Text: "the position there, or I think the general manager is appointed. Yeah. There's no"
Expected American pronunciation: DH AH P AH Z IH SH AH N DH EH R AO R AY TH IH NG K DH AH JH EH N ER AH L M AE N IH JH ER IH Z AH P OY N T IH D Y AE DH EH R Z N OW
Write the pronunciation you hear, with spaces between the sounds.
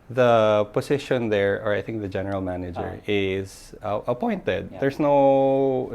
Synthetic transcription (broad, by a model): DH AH P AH S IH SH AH N DH EH R AO R AY TH IH NG K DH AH JH EH N ER AH L M AE N IH JH ER IH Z AH P OY N T IH D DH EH R S N OW